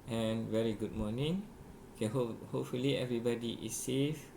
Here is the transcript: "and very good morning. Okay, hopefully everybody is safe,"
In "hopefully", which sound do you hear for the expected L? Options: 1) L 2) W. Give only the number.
1